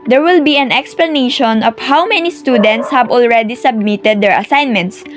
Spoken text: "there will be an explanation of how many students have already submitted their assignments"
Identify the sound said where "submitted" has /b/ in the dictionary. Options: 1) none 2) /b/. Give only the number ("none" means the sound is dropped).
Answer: 2